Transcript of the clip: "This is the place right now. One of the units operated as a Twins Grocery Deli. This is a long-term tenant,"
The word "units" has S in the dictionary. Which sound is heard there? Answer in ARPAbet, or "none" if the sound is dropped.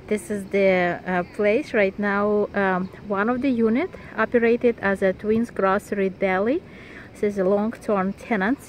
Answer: none